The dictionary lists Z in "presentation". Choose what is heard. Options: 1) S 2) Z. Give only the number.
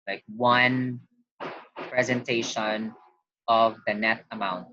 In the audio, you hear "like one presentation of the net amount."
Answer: 2